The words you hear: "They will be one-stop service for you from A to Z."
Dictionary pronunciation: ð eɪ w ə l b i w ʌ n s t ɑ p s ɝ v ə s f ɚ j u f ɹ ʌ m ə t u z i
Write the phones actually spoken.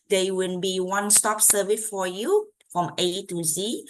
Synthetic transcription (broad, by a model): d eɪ w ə n b i w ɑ n s t ɑ p s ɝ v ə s f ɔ j u f ɹ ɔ m ə t u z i